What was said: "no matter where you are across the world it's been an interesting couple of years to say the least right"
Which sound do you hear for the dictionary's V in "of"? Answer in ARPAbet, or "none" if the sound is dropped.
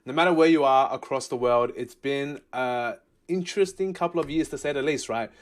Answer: V